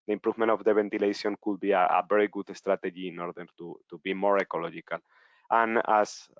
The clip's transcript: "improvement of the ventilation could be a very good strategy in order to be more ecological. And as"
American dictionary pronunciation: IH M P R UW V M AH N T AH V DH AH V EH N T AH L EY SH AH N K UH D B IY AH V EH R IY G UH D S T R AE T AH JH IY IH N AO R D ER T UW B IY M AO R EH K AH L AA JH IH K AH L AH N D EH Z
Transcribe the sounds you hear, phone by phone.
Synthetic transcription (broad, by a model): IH M P R UW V M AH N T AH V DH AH B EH N T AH L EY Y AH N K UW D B IY AH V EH R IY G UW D S T R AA T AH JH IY IH N AO R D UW T UW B IY M AO R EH K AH L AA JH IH K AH L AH N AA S